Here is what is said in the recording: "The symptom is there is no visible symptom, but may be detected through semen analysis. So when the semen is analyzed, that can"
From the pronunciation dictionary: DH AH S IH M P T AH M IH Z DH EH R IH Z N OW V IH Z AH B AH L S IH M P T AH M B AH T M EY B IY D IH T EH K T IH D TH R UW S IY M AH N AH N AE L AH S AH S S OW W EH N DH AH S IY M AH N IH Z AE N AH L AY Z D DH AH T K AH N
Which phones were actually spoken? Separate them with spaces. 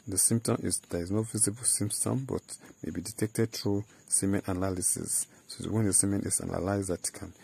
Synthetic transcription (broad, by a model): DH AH S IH M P T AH M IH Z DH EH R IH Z N OW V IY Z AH B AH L S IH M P T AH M B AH T M EY B IY D IH T EH K T IH D T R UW S IY M AH N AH N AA L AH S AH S S OW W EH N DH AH S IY M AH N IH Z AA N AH L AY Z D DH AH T K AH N